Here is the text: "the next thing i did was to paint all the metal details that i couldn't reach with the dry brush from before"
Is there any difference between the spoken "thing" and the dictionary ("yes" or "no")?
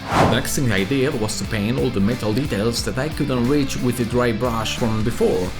yes